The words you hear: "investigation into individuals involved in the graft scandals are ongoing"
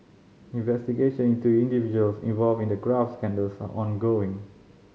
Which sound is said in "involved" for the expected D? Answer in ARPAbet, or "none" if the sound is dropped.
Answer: none